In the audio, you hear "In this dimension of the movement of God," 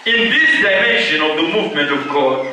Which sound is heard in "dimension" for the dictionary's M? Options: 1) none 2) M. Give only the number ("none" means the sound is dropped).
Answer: 1